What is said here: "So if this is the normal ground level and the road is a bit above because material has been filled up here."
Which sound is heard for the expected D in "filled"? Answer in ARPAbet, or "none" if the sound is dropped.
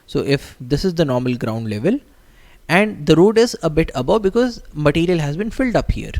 D